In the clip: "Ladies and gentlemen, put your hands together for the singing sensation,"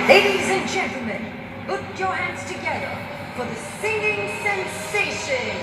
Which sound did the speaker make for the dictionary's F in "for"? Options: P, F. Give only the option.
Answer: F